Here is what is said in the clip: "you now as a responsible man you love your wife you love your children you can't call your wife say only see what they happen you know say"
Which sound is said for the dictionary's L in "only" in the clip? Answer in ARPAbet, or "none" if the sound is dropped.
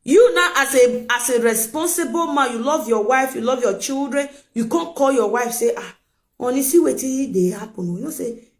none